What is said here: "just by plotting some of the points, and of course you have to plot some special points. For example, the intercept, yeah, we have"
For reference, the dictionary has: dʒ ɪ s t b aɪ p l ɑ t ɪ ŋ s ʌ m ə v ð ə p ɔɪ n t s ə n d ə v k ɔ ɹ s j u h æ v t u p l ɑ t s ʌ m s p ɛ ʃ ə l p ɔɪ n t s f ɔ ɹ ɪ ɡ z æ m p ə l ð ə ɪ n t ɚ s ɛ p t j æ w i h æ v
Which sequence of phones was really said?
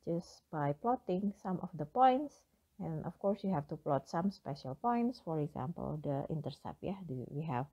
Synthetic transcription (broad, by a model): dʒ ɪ s b aɪ p l ɑ t ɪ ŋ s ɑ m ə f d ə p ɔɪ n t s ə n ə f k ɔ ɹ s j u h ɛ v t u p l ɑ t s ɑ m s p ɛ ʃ ə l p ɔɪ n t s f ɔ ɹ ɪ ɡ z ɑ m p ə l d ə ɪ n t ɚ s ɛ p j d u w i h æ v